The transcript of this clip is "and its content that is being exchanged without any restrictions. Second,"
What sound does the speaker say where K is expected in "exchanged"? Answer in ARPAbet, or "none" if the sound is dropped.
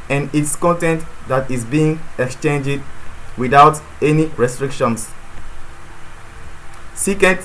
K